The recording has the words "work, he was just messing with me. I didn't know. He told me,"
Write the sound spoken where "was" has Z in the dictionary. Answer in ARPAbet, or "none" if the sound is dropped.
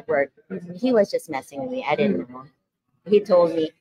Z